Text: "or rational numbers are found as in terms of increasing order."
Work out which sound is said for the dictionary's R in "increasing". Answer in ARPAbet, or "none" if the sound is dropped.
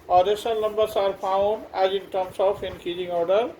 none